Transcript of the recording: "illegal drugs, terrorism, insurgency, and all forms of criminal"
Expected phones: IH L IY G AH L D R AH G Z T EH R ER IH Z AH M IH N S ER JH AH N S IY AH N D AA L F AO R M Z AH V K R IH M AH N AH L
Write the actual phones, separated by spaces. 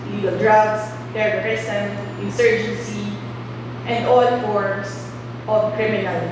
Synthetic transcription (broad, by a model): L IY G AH L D R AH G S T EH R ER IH S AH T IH N S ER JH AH N S IY AH N D AA L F AO R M S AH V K R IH M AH N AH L